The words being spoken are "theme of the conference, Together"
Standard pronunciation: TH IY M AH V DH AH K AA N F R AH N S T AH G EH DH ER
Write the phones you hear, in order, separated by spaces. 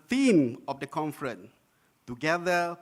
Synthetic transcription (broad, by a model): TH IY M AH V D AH K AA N F R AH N T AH G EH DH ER